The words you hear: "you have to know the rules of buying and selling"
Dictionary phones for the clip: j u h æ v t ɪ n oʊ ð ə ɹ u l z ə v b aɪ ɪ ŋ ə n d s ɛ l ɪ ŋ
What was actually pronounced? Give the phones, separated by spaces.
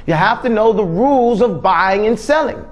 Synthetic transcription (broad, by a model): j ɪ h æ f t ɪ n oʊ ð ə ɹ u l z ə v b aɪ ɪ ŋ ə n s ɛ l ɪ ŋ